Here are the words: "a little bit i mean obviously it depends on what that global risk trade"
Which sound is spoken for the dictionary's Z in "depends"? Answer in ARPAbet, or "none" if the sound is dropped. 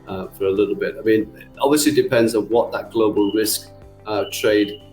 Z